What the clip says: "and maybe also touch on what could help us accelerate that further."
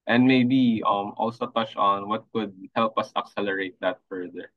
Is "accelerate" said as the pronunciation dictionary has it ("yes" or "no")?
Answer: yes